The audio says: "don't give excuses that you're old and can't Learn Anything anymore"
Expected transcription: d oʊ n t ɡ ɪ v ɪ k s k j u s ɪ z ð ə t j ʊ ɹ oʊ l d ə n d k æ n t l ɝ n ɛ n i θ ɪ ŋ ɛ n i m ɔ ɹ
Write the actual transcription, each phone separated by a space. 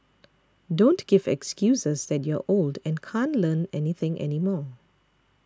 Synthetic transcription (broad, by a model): d oʊ n t ɡ ɪ v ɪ k s k j u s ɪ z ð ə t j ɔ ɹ oʊ l d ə n k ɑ n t l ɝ n ɛ n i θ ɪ ŋ ɛ n i m ɔ